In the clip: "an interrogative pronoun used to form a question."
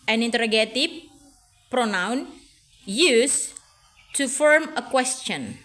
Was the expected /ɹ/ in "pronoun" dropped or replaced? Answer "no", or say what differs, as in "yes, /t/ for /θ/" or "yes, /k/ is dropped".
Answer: no